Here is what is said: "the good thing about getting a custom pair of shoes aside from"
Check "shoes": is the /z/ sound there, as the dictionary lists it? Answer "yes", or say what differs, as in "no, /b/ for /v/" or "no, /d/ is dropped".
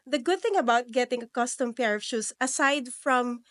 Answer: no, /s/ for /z/